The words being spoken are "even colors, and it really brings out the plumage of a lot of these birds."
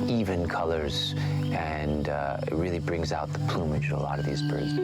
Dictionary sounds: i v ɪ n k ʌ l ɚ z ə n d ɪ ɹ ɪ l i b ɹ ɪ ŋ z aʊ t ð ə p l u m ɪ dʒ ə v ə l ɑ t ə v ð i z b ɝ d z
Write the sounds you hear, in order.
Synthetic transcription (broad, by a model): i v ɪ n k ʌ l ɚ z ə n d ɪ ɹ ɪ l i b ɹ ɪ ŋ z aʊ t ð ə p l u m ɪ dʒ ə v ə l ɑ t ə v ð i z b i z